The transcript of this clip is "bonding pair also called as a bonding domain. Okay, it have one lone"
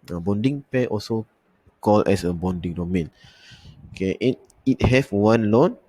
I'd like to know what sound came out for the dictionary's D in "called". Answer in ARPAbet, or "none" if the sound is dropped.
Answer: none